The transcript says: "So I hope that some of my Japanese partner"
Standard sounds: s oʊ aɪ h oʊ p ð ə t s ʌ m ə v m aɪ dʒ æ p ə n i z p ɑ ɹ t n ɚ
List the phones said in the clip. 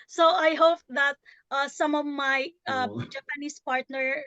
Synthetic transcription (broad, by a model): s oʊ aɪ h oʊ p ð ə t s ʌ m ə v m aɪ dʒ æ p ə n i s p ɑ ɹ t n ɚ